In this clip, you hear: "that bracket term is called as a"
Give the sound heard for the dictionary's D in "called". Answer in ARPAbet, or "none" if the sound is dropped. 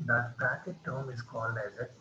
D